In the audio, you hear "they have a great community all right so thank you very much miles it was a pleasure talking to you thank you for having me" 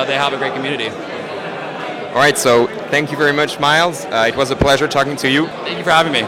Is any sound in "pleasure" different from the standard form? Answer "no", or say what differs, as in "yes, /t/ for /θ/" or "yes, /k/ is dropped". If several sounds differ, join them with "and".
no